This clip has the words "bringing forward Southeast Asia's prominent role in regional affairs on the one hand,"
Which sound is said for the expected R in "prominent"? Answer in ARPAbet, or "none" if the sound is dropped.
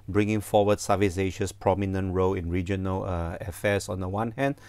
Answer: R